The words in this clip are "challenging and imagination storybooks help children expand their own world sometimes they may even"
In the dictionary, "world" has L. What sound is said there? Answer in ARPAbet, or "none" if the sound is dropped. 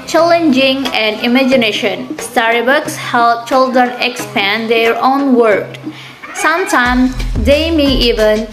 none